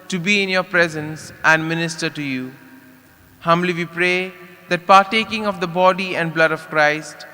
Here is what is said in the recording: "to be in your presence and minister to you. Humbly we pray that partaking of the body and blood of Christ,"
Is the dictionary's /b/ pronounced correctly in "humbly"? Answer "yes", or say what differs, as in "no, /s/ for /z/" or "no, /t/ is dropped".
yes